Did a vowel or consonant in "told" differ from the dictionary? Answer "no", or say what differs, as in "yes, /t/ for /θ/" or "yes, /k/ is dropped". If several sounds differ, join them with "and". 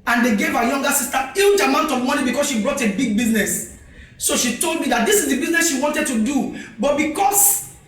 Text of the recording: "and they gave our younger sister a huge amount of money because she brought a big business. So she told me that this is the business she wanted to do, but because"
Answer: no